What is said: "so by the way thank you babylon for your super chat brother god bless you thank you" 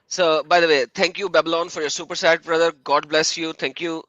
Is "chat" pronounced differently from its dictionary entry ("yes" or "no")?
yes